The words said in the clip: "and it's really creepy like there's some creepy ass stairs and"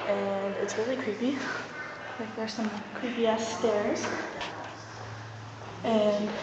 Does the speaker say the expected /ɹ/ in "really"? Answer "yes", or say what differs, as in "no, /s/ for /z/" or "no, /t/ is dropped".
no, /w/ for /ɹ/